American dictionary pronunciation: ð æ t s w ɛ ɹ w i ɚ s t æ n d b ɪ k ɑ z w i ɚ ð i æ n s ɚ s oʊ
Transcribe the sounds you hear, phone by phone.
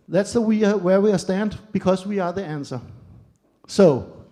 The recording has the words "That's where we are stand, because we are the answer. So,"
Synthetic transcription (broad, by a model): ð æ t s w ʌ w w i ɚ s t æ n d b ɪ k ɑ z w i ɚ ð i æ n s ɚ s oʊ